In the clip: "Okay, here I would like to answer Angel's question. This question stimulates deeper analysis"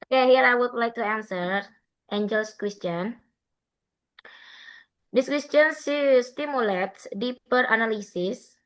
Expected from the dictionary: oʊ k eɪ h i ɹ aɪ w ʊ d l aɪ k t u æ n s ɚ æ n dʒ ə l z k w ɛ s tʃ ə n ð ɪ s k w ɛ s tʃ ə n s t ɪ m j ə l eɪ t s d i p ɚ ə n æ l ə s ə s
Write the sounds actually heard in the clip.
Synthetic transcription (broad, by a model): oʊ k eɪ h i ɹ aɪ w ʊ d l aɪ k t u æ n s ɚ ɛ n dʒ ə l s k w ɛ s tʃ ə n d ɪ s k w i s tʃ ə n s t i m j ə l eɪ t s d i p ɚ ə n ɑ l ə s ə s